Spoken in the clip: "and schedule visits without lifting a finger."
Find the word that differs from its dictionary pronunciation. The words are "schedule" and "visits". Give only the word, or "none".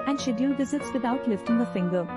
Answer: schedule